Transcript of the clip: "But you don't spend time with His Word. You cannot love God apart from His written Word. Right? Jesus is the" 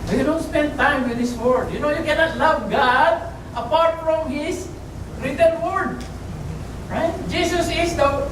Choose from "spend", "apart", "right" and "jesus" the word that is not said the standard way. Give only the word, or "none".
jesus